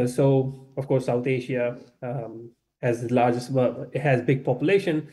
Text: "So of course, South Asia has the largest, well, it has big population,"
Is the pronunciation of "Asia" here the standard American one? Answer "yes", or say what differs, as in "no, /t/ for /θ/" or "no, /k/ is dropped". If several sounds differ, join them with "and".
no, /ʃ/ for /ʒ/